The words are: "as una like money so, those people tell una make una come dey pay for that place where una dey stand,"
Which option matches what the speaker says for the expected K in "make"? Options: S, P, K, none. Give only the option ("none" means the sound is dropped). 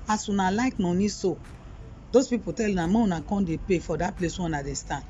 none